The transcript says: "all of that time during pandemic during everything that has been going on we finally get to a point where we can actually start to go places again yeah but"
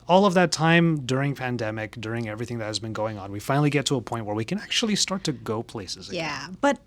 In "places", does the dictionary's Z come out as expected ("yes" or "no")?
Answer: yes